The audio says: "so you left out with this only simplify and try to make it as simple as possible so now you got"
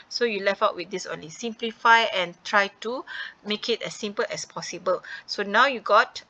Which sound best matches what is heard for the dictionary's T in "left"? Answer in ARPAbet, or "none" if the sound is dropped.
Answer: none